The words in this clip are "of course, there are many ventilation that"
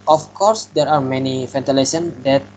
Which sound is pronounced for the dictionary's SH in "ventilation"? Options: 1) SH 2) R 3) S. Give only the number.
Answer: 3